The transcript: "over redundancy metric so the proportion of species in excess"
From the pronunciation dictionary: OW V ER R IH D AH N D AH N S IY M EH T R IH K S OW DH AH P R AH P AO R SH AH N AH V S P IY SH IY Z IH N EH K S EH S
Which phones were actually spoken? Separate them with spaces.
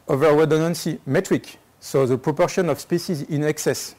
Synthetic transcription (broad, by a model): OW V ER W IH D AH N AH N S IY M EH T R IH K S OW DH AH P R AH P AO R SH AH N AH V S P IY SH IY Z IH N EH K S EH S